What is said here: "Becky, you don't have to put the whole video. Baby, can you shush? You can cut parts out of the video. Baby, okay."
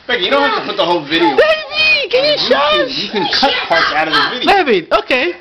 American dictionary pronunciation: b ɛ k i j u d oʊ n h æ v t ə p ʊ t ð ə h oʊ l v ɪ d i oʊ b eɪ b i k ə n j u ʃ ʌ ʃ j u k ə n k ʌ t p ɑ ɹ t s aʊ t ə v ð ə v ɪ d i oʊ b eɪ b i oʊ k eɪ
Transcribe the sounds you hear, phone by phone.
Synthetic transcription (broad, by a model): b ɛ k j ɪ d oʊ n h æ f t ə p ʊ t ð ə h oʊ l v ɪ d i oʊ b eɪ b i k ə n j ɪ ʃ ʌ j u k ə n k ʌ t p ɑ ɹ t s aʊ t ə v ð ə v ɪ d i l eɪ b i oʊ k eɪ